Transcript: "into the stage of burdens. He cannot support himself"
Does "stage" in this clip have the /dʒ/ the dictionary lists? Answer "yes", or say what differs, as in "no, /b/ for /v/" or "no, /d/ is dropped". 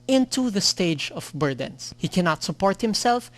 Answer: yes